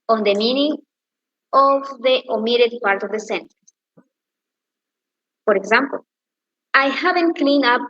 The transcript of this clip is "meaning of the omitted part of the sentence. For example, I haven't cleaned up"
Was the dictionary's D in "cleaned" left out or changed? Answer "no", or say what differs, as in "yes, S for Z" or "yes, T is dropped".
yes, D is dropped